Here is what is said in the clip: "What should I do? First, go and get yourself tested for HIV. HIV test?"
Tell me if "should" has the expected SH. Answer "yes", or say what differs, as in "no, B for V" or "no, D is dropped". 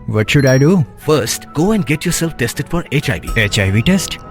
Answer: yes